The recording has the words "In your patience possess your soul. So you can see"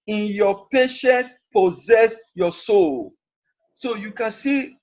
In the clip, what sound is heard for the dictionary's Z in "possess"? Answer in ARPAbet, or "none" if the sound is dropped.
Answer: Z